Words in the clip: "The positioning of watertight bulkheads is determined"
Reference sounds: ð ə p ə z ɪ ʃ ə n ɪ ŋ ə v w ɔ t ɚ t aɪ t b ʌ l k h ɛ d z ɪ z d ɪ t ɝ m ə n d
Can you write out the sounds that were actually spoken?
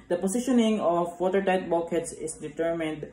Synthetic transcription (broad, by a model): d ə p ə s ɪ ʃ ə n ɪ ŋ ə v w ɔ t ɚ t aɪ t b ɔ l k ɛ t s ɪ s d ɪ t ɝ m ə n d